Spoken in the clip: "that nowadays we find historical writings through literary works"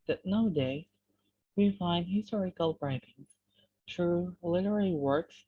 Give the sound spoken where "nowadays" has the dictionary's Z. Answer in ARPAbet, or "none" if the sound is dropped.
none